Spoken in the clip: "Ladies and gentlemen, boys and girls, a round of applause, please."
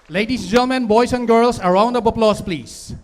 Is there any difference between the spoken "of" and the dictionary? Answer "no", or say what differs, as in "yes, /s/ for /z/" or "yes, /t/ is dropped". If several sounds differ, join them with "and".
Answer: yes, /b/ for /v/